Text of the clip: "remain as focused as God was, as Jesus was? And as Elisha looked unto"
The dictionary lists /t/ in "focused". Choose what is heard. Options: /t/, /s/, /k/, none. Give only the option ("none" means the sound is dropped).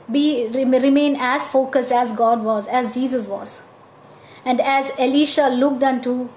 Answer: /t/